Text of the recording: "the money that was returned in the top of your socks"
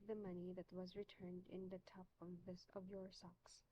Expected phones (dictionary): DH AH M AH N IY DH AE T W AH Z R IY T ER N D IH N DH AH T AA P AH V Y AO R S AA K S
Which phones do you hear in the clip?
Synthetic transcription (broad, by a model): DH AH M AH N IY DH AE T W AH Z R IY T ER N D IH N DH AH T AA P AH V Y AO R S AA K S